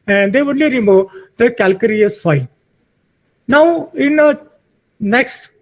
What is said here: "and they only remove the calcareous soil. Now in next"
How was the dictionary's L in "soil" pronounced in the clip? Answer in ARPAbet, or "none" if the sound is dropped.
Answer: N